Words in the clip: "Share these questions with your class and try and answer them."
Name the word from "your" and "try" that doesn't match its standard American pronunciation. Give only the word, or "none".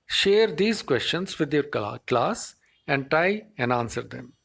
try